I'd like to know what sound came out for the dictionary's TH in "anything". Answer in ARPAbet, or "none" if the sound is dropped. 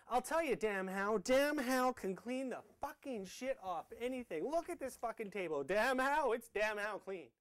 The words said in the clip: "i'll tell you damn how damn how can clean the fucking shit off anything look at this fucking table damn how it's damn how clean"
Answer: TH